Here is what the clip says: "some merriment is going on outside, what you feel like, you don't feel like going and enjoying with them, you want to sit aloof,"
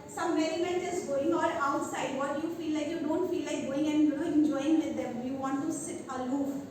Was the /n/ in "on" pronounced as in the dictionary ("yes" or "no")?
no